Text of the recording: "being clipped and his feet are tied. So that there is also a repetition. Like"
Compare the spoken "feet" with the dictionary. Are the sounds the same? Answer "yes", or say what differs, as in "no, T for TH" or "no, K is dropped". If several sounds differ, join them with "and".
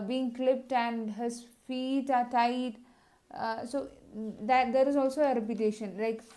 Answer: yes